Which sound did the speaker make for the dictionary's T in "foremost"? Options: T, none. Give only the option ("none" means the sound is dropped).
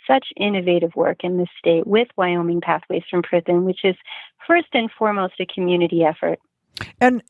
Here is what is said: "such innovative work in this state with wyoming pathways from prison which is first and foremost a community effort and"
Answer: T